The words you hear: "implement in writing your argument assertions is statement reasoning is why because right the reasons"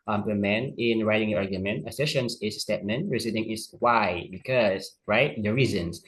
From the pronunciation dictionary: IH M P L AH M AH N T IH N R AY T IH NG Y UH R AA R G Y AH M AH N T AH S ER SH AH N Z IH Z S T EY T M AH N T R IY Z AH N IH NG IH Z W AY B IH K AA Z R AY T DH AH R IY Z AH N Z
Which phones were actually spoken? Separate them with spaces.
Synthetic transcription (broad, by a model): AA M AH M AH N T IH N R AY T IH NG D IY AA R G Y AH M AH N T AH S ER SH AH N S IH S T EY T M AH N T R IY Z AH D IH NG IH S W AY B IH K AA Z R AY T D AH R IY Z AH N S